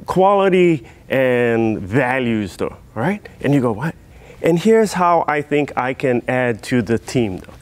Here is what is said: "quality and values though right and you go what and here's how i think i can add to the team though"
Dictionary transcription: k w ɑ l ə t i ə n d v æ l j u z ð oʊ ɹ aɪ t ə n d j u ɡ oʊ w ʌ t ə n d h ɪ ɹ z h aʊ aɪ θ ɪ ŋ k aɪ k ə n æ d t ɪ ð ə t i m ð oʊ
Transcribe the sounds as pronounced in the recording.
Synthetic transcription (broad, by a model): k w ɑ l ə t i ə n v æ l j u z ð oʊ ɹ aɪ t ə n j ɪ ɡ oʊ w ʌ t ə n h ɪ ɹ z h aʊ aɪ θ ɪ ŋ k aɪ k ə n æ d t ɪ ð ə t i m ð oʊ